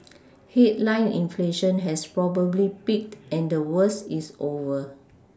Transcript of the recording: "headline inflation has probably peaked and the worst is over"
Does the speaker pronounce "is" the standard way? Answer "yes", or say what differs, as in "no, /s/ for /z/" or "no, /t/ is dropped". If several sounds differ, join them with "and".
no, /s/ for /z/